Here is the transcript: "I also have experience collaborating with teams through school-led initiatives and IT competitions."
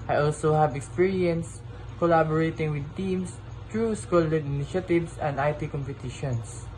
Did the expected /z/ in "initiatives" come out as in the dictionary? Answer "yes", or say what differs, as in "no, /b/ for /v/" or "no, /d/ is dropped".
no, /s/ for /z/